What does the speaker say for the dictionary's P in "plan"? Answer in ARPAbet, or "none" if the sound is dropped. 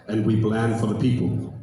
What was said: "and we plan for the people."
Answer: B